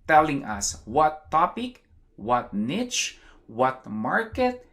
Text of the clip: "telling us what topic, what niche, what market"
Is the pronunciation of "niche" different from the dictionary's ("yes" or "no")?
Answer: no